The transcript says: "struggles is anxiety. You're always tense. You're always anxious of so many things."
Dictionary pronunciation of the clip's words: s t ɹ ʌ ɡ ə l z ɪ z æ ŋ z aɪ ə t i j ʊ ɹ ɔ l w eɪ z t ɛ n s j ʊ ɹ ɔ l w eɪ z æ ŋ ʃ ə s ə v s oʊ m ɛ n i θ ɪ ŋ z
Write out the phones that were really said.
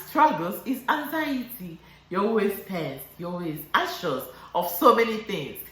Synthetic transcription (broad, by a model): s t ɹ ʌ ɡ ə l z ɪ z æ ŋ z aɪ ə t i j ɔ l w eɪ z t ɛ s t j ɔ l w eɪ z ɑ ʃ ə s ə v s oʊ m ɛ n i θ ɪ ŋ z